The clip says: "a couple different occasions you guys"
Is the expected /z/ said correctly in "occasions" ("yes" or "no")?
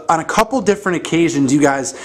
yes